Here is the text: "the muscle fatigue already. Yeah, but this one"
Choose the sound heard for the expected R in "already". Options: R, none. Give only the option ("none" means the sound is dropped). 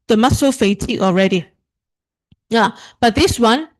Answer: R